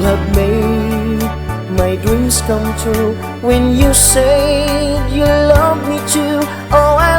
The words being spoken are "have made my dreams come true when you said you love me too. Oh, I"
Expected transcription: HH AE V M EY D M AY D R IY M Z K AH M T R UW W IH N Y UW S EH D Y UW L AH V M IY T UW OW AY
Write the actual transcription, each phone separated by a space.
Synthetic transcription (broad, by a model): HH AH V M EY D M AY D R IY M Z K AH M T UW W IH N Y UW S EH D Y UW L AH V M IY T UW OW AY